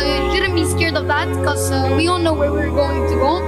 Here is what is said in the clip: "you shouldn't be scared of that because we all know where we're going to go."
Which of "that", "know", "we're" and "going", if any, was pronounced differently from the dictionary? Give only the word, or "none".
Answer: none